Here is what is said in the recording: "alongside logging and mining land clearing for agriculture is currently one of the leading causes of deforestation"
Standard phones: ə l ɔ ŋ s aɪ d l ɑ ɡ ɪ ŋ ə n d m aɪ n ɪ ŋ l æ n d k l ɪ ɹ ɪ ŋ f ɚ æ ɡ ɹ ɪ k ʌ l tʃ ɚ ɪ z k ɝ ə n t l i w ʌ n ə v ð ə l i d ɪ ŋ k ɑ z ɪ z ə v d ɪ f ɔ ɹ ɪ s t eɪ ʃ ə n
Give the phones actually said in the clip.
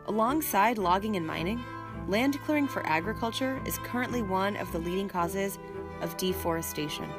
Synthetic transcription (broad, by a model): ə l ɔ ŋ s aɪ d l ɑ ɡ ɪ ŋ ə n m aɪ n ɪ ŋ l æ n d k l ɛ ɹ ɪ ŋ f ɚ æ ɡ ɹ ɪ k ʌ l tʃ ɚ ɪ z k ɝ ə n t l i w ʌ n ə v ð ə l i d ɪ ŋ k ɑ z ɪ z ə v d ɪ f ɔ ɹ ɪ s t eɪ ʃ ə n